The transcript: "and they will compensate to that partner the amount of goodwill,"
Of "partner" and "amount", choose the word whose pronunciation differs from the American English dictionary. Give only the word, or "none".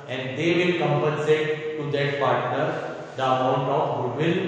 none